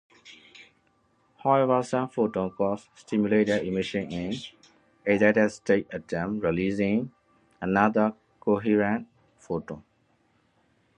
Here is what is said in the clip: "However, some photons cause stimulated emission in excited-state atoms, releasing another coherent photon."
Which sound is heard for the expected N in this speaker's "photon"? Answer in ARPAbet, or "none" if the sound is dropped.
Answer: none